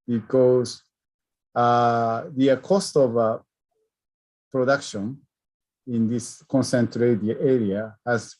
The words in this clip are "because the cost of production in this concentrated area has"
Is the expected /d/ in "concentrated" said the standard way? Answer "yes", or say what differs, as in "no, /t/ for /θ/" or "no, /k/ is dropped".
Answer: no, /d/ is dropped